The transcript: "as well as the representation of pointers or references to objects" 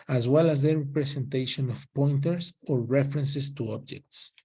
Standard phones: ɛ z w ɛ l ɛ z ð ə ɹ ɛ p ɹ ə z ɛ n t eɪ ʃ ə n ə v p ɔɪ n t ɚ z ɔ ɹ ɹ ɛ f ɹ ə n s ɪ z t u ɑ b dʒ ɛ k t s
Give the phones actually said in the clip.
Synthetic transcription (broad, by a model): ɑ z w ɛ l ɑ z ð ə ɹ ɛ p ɹ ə s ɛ n t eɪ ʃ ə n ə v p ɔɪ n t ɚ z ɔ ɹ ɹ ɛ f ɹ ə n s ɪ s t u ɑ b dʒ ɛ k t s